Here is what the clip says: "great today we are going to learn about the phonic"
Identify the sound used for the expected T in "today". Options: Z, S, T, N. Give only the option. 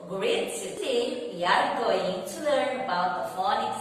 S